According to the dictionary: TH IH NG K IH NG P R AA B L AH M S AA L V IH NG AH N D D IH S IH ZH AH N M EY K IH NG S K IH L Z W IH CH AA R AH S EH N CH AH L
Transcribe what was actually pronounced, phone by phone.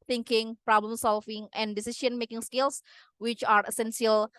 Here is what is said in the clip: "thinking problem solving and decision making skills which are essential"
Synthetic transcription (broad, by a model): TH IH NG K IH NG P R AA B L AH M S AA L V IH NG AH N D D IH S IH SH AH N M EY K IH NG S K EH L S W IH CH AA R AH S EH N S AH L